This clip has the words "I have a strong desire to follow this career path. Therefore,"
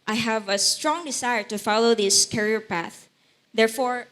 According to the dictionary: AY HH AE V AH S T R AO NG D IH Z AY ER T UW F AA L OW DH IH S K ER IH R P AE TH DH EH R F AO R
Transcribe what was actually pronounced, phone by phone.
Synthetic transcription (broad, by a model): AY HH AE V AH S T R AO NG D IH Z AY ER T UW F AA L OW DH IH S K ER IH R P AE TH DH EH R F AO R